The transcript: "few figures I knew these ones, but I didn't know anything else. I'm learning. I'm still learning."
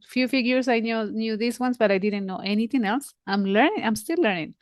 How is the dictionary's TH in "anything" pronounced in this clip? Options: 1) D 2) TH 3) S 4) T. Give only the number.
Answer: 4